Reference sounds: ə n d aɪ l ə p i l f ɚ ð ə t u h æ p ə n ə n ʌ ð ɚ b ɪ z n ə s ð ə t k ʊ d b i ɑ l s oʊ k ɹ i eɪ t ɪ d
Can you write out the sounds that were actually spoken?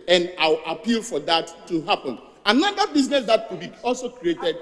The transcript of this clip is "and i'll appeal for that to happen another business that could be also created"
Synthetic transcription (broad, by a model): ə n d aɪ w ə p i l f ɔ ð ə t u h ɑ p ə n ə n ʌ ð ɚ b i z n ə s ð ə t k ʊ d b i ɑ l s oʊ k ɹ i eɪ t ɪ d